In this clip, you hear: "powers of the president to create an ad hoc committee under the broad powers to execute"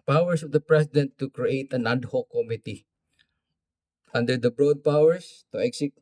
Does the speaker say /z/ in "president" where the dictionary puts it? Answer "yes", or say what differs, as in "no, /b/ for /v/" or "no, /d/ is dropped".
no, /s/ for /z/